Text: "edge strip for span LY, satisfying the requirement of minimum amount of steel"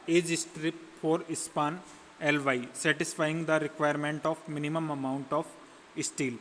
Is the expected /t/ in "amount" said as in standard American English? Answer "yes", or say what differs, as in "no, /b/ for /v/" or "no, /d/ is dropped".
yes